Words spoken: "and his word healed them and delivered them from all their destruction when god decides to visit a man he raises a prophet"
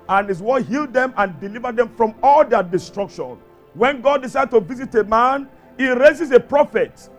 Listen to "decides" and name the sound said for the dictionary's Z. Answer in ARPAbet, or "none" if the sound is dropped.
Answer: none